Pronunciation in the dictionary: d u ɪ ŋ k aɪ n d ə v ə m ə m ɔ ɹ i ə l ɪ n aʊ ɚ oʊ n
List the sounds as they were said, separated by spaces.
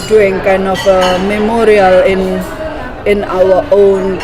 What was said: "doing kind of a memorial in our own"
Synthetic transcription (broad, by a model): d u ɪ ŋ k aɪ n d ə f ə m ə m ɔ ɹ i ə l ɪ n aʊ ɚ oʊ n